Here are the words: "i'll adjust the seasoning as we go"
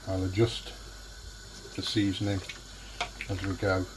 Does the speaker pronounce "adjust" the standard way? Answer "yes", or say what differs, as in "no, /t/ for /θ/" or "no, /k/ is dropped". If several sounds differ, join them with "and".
yes